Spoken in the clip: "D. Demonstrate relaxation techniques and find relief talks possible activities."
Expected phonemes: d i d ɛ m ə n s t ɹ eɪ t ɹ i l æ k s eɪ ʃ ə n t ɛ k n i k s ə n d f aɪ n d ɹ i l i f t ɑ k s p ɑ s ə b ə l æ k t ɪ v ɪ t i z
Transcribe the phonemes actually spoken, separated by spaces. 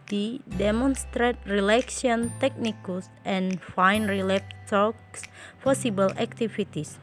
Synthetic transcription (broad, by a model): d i d ɛ m ə n s t ɹ eɪ t ɹ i l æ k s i ə n t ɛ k n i k s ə n f aɪ n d ɹ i l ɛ p t ɑ k s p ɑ s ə b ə l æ k t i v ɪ t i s